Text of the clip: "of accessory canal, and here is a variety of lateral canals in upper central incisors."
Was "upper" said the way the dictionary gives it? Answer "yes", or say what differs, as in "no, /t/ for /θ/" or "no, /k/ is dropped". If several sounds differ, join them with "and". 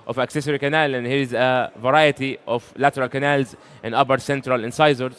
no, /b/ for /p/